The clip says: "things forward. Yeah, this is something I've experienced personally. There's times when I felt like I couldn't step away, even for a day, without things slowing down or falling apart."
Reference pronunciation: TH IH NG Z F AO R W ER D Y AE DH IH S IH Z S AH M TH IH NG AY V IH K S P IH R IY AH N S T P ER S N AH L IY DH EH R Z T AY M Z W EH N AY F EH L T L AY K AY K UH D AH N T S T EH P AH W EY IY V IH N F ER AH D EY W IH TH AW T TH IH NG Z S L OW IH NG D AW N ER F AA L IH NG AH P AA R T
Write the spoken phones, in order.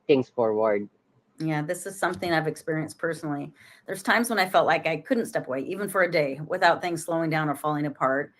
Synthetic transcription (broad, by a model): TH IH NG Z F AO R W ER D Y AE DH IH S IH Z S AH M TH IH NG AY V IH K S P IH R IY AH N S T P ER S N L IY DH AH R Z T AY M Z W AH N AY F EH L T L AY K AY K UH D N T S T EH P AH W EY IY V IH N F ER AH D EY W IH TH AW T TH IH NG Z S L OW IH NG D AW N ER F AA L IH NG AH P AA R T